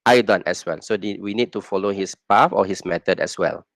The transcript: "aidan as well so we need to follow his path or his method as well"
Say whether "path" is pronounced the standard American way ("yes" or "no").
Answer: no